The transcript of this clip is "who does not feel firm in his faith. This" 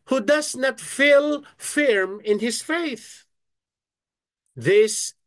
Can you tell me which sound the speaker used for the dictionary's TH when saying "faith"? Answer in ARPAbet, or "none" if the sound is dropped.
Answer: TH